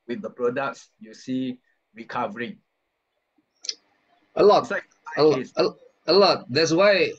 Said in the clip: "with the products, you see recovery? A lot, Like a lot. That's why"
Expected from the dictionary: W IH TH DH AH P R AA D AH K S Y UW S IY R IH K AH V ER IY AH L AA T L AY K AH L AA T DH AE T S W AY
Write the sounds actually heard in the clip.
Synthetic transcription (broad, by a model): W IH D AH P R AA D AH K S Y UW S IY R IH K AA V ER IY AH L AA T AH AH AH L AA T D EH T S W AY